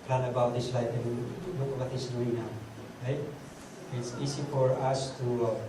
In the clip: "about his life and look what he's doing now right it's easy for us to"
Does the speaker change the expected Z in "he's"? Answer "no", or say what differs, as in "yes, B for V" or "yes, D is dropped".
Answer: yes, S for Z